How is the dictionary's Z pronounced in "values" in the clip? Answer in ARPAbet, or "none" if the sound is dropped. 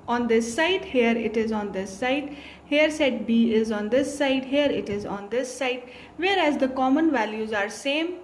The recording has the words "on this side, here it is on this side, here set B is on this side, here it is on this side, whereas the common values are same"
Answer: Z